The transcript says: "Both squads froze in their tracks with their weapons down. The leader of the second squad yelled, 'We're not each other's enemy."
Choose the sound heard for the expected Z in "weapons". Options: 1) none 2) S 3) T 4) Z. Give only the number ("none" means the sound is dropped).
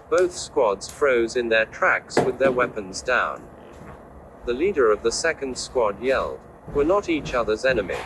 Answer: 4